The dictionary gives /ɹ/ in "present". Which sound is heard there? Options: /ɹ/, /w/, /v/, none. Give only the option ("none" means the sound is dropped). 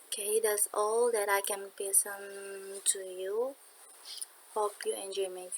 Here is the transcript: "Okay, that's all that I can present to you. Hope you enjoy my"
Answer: none